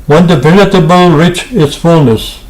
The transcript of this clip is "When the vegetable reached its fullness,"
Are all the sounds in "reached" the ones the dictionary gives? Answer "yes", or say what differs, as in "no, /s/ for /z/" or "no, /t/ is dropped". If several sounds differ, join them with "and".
no, /t/ is dropped